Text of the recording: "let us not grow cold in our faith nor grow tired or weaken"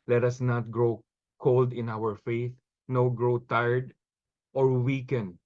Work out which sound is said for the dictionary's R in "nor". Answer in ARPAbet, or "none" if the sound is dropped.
W